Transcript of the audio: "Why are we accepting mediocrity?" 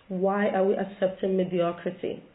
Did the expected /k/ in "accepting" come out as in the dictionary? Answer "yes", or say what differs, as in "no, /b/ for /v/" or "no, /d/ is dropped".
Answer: yes